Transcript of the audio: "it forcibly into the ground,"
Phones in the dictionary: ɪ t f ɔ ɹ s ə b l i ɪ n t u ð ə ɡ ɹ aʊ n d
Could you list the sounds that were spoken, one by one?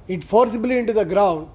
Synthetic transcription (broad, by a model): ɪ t f ɔ ɹ s ə b l i ɪ n t u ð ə ɡ ɹ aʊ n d